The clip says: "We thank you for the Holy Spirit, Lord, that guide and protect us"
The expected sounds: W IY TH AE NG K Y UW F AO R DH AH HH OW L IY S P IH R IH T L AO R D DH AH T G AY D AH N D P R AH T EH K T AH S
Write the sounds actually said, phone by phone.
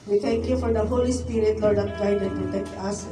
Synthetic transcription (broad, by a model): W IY T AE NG K Y UW F AO R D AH HH OW L IY S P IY R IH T L AO R D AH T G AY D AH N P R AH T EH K T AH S